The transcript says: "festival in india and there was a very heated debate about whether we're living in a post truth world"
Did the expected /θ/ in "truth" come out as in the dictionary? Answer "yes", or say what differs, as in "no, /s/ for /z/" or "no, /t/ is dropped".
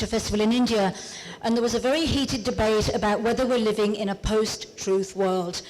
yes